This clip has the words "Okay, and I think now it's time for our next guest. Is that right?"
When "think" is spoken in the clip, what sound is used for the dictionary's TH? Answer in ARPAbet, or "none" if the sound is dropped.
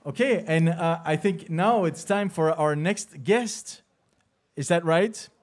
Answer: TH